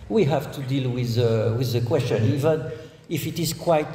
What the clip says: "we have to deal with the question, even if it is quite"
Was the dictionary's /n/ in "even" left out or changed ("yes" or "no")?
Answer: no